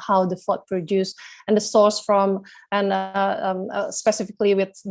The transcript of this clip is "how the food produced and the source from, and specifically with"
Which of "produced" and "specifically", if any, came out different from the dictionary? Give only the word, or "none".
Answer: produced